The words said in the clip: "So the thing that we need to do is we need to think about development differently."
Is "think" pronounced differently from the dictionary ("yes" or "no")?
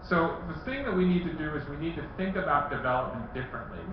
no